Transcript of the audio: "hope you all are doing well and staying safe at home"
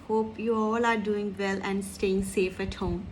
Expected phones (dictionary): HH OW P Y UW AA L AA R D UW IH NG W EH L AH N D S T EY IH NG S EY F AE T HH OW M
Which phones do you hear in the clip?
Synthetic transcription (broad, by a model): HH OW P Y UW AA L AA R D UW IH NG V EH L AH N D S T EY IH NG S EY F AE T HH OW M